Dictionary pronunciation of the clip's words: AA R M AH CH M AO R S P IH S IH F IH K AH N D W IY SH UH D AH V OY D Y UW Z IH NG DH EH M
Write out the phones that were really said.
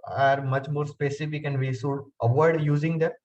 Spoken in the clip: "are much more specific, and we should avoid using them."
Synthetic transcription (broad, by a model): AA R M AH CH M AO R S P IH S IH F IH K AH N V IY S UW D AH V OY D Y UW Z IH NG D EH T